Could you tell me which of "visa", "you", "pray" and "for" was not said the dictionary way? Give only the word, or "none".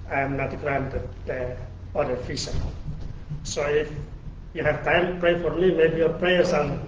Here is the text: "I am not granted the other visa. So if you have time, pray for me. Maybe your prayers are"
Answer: visa